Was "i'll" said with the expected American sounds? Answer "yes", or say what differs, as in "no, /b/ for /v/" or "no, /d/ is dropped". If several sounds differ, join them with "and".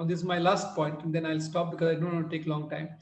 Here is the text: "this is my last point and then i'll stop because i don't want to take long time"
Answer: yes